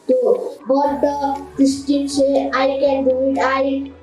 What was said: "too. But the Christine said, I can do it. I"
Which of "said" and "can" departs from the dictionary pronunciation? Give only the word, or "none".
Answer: said